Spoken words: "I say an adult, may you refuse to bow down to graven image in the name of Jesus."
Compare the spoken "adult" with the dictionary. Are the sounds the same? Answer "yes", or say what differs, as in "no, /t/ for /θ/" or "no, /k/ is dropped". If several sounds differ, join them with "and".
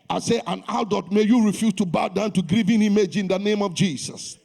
no, /l/ is dropped